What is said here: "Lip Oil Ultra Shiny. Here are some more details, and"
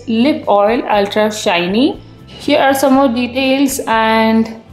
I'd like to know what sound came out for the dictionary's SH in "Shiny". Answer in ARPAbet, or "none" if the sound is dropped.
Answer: SH